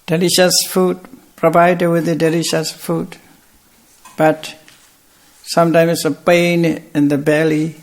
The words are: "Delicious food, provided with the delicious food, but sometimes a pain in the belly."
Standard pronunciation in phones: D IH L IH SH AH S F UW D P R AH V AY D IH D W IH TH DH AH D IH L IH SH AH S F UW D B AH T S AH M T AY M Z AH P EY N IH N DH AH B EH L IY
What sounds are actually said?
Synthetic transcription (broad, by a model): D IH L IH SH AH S F UW D P R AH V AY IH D W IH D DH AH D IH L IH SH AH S F UW D B AH T S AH M T AY M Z AH P EY N IH N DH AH B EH L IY